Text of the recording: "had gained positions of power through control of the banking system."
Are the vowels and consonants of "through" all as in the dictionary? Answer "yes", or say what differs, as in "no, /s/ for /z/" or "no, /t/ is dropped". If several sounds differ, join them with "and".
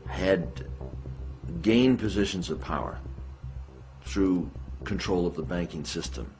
yes